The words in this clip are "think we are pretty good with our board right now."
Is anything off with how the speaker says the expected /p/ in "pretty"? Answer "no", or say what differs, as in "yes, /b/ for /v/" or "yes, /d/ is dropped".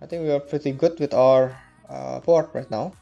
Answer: no